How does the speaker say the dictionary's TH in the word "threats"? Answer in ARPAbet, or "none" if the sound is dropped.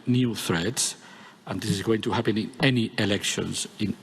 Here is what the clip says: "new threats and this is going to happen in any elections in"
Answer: TH